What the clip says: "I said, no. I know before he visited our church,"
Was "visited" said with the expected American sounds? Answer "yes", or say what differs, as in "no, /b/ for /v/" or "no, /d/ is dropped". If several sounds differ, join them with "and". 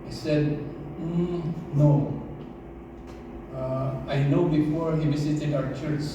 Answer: no, /s/ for /z/